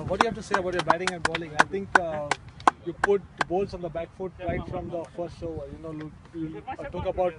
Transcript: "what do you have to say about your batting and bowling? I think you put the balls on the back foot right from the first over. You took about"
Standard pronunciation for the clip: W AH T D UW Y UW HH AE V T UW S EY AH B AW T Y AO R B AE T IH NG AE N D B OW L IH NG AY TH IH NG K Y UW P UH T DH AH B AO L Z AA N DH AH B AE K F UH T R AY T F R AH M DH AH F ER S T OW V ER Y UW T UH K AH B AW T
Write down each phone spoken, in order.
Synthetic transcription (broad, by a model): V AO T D Y UW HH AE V T UW S EY AH B AW T Y AO R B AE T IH NG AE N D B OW L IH NG AY T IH NG K Y UW P UH T B AO L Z AA N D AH B AE K F UH T R AY T F R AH M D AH F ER S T OW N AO Y UW T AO K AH B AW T